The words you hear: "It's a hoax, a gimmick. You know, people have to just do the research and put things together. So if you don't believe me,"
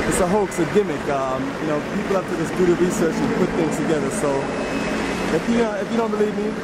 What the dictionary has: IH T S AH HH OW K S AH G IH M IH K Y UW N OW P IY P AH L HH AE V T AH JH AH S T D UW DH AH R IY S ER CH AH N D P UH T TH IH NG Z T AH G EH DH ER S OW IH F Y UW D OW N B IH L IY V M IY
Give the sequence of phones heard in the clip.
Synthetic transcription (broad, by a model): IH T S AH HH OW K S AH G IH M IH K Y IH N OW P IY P L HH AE F T AH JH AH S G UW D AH R IY S ER CH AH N P UH T TH IH NG Z T AH G EH DH ER S OW IH F Y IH D OW N B IH L IY V M IY